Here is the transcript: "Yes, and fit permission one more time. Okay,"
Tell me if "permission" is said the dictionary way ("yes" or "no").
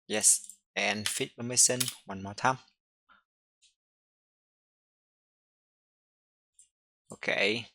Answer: no